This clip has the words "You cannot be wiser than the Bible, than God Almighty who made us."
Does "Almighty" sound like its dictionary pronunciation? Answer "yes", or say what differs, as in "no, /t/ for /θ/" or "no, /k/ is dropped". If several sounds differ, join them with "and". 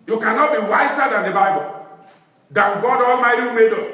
yes